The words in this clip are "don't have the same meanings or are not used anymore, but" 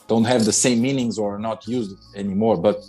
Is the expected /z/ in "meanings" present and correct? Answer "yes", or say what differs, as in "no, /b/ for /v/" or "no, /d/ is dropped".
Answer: yes